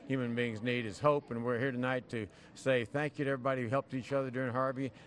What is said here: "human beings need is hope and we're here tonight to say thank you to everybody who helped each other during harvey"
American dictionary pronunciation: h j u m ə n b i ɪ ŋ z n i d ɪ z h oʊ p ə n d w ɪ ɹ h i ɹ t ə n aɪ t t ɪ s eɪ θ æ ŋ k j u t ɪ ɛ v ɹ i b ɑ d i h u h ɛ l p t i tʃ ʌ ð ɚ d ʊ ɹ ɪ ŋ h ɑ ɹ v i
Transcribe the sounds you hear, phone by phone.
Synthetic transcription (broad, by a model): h j u m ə n b i ɪ ŋ z n i d ɪ z h oʊ p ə n w ɪ ɹ h i ɹ t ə n aɪ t t ɪ s eɪ θ æ ŋ k j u t ɪ ɛ v ɹ i b ɑ d i h u h ɛ l p t i tʃ ʌ ð ɚ d ʊ ɹ ɪ ŋ h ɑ ɹ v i